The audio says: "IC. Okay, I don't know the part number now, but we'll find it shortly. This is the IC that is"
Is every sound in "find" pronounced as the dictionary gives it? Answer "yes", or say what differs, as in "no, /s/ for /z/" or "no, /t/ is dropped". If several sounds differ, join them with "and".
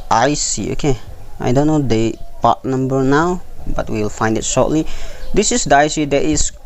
yes